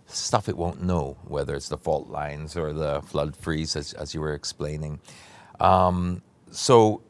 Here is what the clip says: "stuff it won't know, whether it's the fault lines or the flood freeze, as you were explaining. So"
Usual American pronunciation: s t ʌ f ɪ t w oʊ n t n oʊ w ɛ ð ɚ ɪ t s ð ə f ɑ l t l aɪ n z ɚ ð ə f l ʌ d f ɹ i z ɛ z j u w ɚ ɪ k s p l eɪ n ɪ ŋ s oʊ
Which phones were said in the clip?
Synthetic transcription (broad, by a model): s t ʌ f ɪ t w oʊ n n oʊ w ɛ ð ɚ ɪ t s ð ə f ɑ l t l aɪ n z ɚ ð ə f l ʌ d f ɹ i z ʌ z j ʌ w ɚ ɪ k s p l eɪ n ɪ ŋ s oʊ